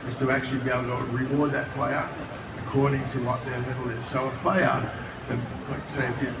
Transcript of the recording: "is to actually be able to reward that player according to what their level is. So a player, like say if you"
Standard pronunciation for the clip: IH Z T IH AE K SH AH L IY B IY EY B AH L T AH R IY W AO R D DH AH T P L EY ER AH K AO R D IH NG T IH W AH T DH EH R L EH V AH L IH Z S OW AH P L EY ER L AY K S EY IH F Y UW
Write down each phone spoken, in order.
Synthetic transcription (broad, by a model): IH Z T IH AE K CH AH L IY B IY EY AH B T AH R IY W AO R D DH AH T P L EY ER AH K AO R D IH NG T IH W AH T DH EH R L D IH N S OW AH P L EY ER L AY K S EY IH F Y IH